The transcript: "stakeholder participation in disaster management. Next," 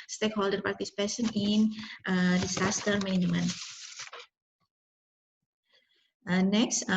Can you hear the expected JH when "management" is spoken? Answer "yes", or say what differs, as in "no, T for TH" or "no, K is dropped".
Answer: no, JH is dropped